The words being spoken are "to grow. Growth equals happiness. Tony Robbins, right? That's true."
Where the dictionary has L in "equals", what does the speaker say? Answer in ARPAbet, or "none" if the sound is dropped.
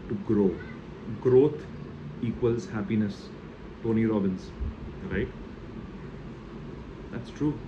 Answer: L